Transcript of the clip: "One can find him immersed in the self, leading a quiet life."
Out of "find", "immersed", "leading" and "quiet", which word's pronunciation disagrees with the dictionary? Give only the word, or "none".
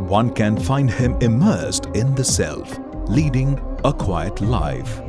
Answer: none